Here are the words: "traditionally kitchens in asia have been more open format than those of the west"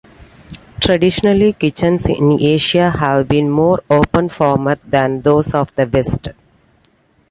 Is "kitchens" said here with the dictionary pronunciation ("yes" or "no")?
no